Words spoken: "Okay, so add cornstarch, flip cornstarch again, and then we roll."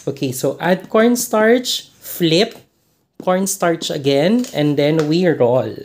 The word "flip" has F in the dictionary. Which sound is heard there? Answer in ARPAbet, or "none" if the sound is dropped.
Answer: F